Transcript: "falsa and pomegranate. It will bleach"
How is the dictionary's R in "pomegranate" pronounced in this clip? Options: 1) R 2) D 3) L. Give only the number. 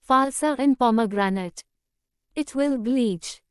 1